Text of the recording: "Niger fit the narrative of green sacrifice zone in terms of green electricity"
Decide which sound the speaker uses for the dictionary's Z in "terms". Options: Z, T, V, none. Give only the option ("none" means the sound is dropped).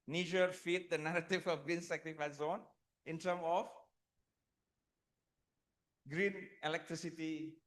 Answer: none